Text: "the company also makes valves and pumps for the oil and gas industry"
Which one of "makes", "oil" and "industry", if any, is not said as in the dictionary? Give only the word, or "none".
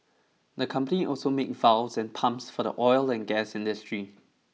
makes